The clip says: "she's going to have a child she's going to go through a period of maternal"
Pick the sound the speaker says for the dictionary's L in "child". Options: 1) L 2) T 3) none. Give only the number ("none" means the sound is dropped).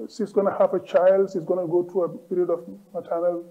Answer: 1